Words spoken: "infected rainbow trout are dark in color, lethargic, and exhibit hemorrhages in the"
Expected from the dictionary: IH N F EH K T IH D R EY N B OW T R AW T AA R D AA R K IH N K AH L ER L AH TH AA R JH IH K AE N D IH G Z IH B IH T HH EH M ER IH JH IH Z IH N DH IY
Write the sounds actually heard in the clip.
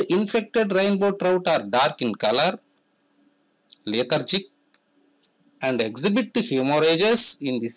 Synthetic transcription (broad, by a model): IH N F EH K T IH D R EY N B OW T R AW T AA R D AA R K IH N K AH L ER L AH T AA R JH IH K AE N D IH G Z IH B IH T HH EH M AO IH JH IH S IH N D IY